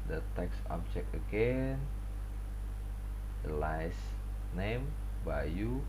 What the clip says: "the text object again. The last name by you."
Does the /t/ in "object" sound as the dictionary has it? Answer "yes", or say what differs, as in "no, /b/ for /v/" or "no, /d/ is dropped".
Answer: no, /t/ is dropped